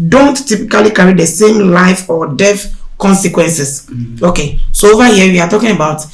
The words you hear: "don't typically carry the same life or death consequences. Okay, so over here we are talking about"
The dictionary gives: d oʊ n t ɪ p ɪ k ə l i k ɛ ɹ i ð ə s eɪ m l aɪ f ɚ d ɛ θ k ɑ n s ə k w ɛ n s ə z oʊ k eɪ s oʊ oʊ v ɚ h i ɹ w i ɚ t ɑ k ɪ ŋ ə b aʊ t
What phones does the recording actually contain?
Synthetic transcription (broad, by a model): d oʊ n t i p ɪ k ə l i k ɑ ɹ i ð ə s eɪ m l aɪ f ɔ d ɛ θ k ɑ n s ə k w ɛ n s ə s oʊ k eɪ s oʊ oʊ v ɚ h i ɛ w i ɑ t ɑ k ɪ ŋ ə b aʊ t